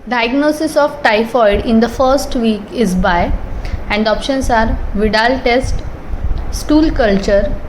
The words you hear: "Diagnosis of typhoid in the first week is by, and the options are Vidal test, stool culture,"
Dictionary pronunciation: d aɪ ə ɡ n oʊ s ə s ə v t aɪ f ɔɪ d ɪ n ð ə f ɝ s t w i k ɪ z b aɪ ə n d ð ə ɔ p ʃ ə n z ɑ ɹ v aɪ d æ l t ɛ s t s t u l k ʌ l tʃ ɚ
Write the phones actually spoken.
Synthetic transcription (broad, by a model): d aɪ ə ɡ n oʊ s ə s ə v t aɪ f ɔɪ d ɪ n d ə f ɝ s t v i k ɪ z b aɪ ə n d ɔ p ʃ ə n s ɑ ɹ v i d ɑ l t ɛ s t s t u l k ʌ l tʃ ɚ